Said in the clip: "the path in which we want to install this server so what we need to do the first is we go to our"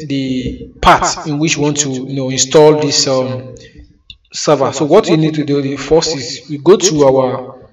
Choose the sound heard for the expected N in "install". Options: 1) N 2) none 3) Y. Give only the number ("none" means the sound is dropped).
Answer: 1